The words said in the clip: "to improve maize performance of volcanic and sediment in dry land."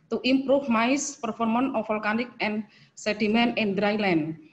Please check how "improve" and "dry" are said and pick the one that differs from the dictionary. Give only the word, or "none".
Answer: improve